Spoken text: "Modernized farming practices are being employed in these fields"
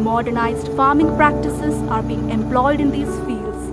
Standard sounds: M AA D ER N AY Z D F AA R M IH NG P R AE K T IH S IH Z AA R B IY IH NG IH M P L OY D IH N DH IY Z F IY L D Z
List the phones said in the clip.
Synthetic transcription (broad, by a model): M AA D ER N AY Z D F AA R M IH NG P R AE K T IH S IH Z AA R B IY IH NG IH M P L OY D IH N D IY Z F IY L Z